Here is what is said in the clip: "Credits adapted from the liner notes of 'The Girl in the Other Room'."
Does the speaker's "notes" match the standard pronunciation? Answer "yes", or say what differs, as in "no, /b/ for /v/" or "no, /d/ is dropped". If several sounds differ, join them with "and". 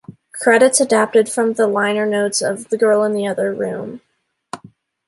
yes